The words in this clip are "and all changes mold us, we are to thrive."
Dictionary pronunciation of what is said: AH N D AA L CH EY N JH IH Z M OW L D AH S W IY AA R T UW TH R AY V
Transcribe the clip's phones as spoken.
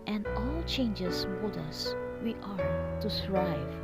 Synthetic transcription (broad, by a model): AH N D AA L CH EY N JH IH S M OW D AH S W IY AA R T UW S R AY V